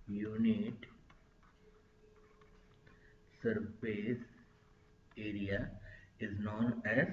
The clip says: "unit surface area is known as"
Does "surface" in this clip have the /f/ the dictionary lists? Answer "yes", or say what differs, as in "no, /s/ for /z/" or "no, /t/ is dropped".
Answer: no, /p/ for /f/